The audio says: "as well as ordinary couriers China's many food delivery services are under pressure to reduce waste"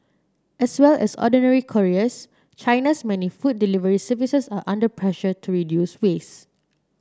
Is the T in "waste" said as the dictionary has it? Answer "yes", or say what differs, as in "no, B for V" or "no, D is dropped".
no, T is dropped